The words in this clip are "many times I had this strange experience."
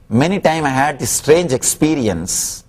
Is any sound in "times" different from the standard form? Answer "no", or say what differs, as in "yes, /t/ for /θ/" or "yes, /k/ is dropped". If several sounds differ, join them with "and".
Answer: yes, /z/ is dropped